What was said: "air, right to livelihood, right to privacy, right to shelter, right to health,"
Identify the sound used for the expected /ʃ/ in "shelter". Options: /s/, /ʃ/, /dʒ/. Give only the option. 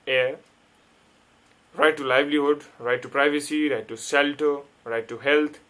/s/